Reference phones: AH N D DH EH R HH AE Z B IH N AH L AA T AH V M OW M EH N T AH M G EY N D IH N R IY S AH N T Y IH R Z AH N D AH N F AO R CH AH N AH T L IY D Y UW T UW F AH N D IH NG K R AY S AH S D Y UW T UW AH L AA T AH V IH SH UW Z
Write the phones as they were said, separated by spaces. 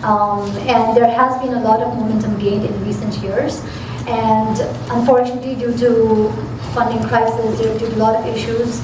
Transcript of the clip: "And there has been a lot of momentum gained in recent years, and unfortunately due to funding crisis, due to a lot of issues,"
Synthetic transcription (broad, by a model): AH N D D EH R HH AE Z B IH N AH L AA T AH V M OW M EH N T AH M G EY N D IH N R IY S AH N T Y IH R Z AH N D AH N F AO R CH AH N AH T L IY D Y UW T UW F AH N D IH NG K R AY S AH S D Y UW T UW L AA T AH V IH SH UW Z